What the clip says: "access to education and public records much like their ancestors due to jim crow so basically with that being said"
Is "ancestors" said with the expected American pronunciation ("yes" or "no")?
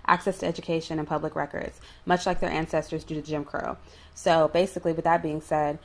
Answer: yes